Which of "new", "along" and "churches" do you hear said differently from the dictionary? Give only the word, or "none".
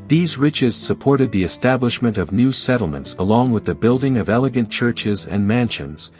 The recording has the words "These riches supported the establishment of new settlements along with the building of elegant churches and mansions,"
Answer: none